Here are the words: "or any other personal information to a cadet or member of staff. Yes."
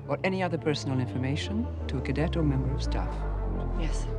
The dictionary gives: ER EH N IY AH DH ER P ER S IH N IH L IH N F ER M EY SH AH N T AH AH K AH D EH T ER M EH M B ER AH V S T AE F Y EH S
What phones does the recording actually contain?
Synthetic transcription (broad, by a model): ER EH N IY AH DH ER P ER S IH N L IH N F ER M EY SH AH N T AH AH K AH D EH T ER M EH M B ER AH V S T AE F Y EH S